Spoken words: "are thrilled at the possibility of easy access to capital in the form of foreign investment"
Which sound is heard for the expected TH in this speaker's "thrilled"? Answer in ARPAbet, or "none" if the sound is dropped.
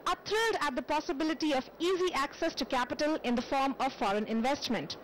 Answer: T